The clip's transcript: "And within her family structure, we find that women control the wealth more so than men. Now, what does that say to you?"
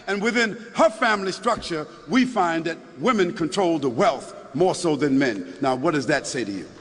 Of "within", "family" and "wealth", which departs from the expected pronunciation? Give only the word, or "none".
none